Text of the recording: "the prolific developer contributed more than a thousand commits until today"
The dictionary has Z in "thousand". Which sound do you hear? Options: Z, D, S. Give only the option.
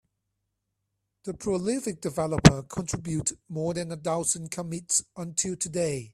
S